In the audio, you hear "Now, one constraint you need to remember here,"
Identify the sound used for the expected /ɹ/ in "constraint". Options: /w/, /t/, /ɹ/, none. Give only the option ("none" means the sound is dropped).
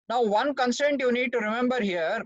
none